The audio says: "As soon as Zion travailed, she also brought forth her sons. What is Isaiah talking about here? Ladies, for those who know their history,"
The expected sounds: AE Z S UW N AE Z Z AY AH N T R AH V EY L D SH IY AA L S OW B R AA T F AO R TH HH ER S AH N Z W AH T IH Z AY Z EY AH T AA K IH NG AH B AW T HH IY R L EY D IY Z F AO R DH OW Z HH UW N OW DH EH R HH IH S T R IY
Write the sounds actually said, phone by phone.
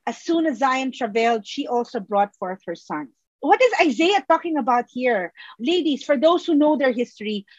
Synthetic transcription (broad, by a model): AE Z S UW N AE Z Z AY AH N T R AH V EY L D SH IY AA L S OW B R AA T F AO R TH HH ER S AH N W AH T IH Z AY Z EY AH T AA K IH NG AH B AW T HH IY R L EY D IY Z F AO R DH OW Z HH UW N OW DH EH R HH IH S T R IY